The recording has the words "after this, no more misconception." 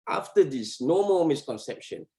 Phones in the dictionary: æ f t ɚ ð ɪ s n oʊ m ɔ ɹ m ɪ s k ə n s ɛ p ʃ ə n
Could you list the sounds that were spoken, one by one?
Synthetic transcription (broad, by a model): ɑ f t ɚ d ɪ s n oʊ m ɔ l m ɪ s k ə n s ɛ p ʃ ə n